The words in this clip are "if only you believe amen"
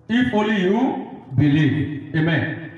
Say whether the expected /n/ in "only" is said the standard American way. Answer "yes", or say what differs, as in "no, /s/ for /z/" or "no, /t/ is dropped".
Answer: no, /n/ is dropped